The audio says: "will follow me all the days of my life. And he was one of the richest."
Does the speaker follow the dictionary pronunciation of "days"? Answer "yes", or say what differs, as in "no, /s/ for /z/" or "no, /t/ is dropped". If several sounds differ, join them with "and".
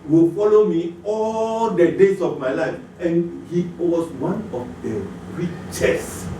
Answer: no, /s/ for /z/